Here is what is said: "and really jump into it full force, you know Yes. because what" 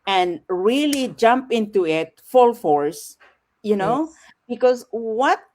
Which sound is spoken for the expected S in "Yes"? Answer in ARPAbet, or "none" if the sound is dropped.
none